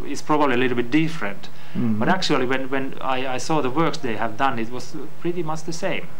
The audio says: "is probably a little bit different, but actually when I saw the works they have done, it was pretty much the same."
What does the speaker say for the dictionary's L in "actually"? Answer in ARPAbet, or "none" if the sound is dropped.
W